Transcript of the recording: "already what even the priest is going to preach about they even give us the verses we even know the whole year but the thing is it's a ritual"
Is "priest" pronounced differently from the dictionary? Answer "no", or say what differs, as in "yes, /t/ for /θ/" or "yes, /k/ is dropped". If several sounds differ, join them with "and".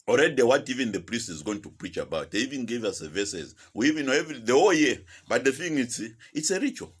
no